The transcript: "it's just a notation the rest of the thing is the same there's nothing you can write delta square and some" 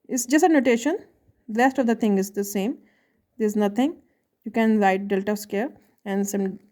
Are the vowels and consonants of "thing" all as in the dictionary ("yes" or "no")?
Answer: no